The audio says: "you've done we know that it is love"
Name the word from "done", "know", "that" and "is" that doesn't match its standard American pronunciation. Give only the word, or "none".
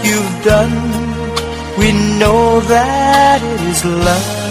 none